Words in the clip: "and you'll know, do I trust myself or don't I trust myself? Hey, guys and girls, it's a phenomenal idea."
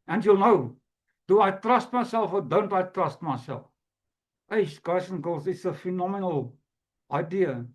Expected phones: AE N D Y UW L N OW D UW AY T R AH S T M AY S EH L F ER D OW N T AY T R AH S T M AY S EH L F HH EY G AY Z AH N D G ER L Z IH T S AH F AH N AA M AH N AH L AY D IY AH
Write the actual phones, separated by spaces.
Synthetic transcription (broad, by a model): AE N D Y UW L N OW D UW AY T R AH S T M AY S EH L F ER D OW N T AY T R AH S T M AY S EH L F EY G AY S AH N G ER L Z IH T S AH F AH N AA M AH N AH L AY D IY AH